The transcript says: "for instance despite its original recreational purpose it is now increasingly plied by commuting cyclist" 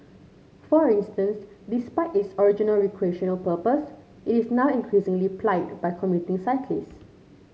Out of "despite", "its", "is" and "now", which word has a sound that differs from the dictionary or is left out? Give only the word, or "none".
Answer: is